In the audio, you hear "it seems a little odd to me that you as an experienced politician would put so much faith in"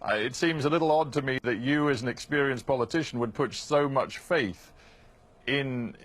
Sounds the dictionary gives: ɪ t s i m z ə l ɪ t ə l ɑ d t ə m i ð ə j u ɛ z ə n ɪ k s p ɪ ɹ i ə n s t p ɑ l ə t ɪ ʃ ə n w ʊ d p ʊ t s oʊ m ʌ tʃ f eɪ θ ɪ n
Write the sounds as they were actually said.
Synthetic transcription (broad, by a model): ɪ t s i m z ə l ɪ t l ɑ d t ə m i ð ə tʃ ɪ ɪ z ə n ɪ k s p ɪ ɹ i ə n s p ɑ l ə t ɪ ʃ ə n w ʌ d p ʊ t s oʊ m ʌ tʃ f eɪ θ ɪ n